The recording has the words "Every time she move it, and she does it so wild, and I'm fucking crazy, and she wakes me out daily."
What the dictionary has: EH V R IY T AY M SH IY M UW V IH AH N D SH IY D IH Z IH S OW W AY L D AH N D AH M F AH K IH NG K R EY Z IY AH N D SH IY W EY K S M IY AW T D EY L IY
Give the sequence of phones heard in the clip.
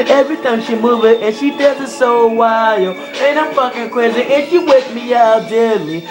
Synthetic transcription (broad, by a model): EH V R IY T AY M SH IY M UW V IH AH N SH IY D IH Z IH S OW W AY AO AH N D AH M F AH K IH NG K EY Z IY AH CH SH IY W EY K M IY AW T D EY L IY